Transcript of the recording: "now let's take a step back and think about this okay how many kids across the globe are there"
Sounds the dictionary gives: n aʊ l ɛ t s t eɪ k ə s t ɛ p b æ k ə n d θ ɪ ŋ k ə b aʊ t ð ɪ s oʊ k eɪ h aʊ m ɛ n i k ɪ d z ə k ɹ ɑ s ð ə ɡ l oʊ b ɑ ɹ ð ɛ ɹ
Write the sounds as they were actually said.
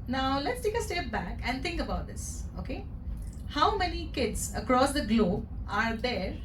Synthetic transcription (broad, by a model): n aʊ l ɛ t s t eɪ k ə s t ɛ p b æ k ə n d t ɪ ŋ k ə b aʊ t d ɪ s oʊ k eɪ h aʊ m ɛ n i k ɪ d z ə k ɹ ɑ s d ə ɡ l oʊ b ɑ ɹ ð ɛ ɹ